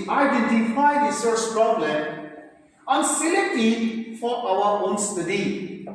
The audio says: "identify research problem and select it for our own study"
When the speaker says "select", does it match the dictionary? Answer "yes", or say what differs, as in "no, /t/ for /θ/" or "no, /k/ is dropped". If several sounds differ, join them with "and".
no, /k/ is dropped